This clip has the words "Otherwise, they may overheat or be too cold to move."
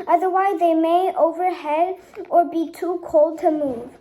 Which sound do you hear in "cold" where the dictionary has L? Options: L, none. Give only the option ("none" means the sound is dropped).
L